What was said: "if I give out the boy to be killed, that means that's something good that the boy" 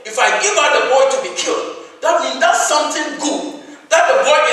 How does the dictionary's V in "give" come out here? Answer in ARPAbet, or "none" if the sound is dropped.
V